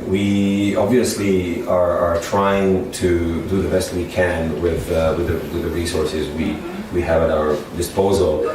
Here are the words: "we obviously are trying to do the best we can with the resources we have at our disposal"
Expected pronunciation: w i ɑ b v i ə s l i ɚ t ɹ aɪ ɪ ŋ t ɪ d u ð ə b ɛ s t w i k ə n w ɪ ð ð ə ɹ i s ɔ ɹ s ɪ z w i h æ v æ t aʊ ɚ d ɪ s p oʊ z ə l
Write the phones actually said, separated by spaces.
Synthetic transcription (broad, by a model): w i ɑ b v i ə s l i ɚ t ɹ aɪ ɪ ŋ t ɪ d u ð ə b ɛ s t w i k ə n w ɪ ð ð ə ɹ i s ɔ ɹ s ɪ z w i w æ v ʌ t aʊ ɚ d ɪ s p oʊ z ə l